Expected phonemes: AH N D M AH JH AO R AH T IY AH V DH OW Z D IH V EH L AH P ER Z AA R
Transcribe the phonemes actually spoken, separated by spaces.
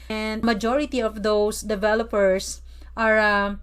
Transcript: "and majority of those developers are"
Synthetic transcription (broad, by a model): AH N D M AH JH AO R AH T IY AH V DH OW S D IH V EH L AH P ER S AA R